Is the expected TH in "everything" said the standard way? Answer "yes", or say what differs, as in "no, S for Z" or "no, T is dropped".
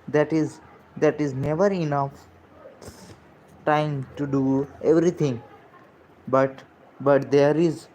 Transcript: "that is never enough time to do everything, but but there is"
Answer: no, T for TH